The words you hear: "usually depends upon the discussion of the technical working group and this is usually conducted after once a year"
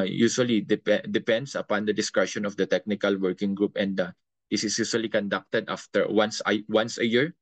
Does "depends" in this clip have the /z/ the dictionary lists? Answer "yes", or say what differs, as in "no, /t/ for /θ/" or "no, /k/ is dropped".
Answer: no, /s/ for /z/